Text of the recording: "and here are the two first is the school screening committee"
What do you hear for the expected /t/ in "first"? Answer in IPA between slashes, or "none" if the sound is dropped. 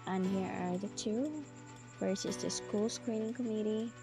none